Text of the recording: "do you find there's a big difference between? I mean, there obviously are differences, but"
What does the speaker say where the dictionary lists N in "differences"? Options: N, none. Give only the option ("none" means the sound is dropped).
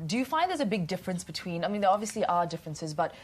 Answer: N